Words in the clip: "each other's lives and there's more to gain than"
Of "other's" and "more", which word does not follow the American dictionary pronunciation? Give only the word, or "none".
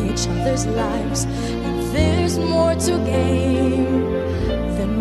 none